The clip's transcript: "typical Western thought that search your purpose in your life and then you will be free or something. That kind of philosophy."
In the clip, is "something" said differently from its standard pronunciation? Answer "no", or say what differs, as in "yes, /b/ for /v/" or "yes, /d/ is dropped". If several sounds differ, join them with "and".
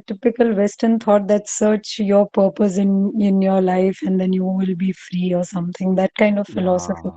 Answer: yes, /t/ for /θ/